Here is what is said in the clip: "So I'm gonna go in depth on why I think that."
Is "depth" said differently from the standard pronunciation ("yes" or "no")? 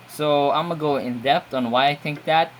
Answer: yes